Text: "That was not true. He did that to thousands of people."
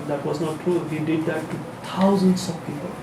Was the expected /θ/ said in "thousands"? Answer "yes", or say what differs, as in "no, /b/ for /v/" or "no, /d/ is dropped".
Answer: no, /t/ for /θ/